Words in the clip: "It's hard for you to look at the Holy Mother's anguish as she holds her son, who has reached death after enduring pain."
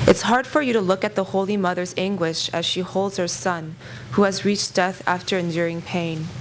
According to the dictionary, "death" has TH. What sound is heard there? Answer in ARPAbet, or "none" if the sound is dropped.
TH